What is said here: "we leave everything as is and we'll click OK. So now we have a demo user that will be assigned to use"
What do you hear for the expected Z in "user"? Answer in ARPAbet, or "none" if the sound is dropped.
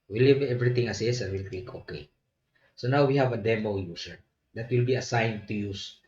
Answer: S